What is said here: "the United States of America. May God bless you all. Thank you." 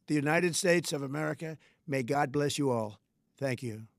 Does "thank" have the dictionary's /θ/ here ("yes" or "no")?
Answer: yes